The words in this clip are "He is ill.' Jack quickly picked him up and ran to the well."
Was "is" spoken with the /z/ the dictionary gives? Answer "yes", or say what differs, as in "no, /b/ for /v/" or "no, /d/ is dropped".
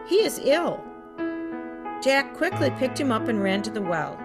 yes